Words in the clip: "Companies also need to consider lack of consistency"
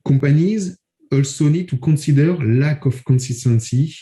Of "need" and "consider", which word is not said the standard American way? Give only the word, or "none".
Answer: consider